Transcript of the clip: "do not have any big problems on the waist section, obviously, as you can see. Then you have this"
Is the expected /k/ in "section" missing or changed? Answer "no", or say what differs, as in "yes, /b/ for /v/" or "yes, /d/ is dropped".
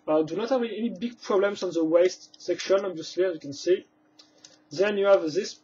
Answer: no